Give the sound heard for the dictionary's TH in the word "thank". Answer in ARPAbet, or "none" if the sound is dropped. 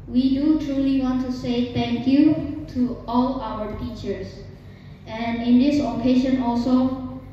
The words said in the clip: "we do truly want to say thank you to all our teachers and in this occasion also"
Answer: T